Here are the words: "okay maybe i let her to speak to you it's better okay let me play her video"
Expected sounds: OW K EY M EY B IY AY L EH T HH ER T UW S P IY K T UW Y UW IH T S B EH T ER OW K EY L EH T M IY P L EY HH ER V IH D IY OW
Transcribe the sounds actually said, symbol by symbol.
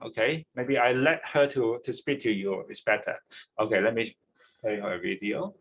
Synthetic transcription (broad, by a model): OW K EY M EY B IY AY L EH T HH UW T UW S P IY K T UW Y UW IH T S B EH T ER OW K EY L EH T M IY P EY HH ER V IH D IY OW